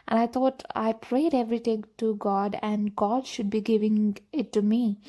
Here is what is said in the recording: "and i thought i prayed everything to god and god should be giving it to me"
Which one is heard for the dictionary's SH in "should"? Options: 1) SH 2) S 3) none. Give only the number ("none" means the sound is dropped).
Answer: 1